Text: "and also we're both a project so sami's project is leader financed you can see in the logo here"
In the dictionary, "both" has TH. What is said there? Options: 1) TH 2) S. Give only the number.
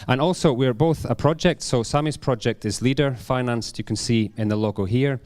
1